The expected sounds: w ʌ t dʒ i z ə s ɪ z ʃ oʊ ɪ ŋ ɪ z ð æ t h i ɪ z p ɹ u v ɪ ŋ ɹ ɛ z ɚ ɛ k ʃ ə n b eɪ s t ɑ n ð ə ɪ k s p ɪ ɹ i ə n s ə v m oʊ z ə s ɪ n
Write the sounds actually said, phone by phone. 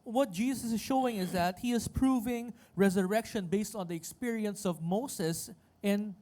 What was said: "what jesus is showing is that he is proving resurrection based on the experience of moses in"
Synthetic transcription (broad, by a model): w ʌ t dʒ i s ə s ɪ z ʃ oʊ ɪ ŋ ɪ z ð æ t h i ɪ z p ɹ u v ɪ ŋ ɹ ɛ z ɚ ɛ k ʃ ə n b eɪ s t ɑ n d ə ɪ k s p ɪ ɹ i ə n s ə v m oʊ s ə s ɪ n